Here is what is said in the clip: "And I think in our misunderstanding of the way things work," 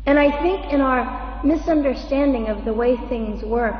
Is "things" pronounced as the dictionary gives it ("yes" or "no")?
yes